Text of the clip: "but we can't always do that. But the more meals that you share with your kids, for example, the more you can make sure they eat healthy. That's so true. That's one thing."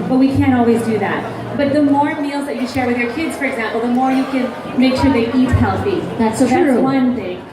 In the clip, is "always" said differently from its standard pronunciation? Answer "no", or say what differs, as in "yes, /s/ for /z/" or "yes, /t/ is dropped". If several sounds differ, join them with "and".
no